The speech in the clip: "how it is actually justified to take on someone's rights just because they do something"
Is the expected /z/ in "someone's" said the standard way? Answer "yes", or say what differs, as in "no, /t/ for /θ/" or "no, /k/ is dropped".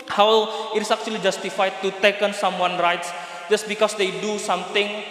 no, /z/ is dropped